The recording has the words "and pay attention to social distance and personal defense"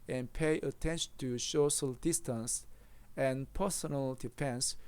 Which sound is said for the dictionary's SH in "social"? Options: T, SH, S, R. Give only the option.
S